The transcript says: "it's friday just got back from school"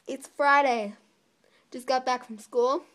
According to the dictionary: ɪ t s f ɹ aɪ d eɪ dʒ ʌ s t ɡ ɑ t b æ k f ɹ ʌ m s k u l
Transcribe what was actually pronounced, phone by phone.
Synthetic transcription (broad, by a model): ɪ t s f ɹ aɪ d eɪ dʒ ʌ s ɡ ɑ t b æ k f ɹ ʌ m s k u l